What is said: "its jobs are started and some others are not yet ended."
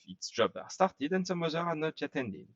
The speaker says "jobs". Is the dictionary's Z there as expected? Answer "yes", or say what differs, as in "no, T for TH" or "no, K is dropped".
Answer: no, Z is dropped